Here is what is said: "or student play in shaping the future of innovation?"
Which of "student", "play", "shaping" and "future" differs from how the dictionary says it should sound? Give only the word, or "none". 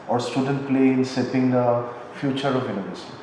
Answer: shaping